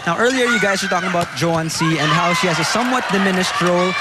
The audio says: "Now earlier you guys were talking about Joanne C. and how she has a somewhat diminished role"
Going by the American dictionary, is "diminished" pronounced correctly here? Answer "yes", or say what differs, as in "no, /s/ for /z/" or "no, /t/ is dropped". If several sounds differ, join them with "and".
no, /s/ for /ʃ/